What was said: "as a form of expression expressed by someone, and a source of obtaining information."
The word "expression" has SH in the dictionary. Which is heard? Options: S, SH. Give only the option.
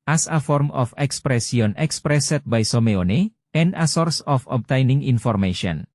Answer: S